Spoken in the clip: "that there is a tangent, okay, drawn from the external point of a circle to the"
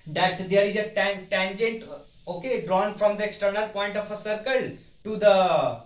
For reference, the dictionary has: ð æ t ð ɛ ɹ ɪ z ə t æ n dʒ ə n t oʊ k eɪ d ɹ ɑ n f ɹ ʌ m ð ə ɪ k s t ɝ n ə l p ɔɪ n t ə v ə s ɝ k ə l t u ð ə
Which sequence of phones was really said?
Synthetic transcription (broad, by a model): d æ t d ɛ ɹ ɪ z ə t æ n dʒ ə n t oʊ k eɪ d ɹ ɑ n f ɹ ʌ m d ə ɪ k s t ɝ n ə l p ɔɪ n t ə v ə s ɝ k ə l t u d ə